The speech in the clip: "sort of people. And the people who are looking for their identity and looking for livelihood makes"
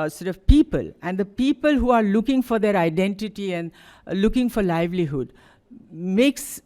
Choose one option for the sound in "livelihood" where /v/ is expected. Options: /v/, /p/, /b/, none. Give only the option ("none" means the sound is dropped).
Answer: /v/